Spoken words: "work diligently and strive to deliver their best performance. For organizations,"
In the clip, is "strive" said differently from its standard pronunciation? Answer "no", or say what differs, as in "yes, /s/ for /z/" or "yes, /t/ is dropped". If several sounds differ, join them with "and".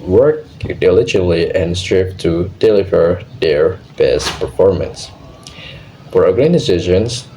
yes, /p/ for /v/